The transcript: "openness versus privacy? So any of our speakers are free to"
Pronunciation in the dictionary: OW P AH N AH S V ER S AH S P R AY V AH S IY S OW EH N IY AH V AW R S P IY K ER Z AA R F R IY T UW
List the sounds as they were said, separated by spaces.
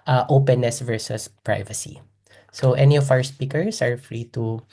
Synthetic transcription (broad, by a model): OW P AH N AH S V ER S AH S P R AY V AH S IY S OW EH N IY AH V AW R S P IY K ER S AA R F R IY T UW